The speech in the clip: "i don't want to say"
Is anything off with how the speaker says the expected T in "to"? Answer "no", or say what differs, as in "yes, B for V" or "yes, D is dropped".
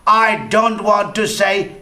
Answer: no